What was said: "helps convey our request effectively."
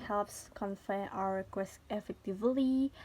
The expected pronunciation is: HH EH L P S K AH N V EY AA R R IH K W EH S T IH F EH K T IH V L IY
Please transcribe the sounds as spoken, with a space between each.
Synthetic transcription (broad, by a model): HH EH L P S K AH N F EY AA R R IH K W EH S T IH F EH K T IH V L IY